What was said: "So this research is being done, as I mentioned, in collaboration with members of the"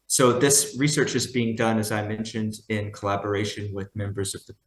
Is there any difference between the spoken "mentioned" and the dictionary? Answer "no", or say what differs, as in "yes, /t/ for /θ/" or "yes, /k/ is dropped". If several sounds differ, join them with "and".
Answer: no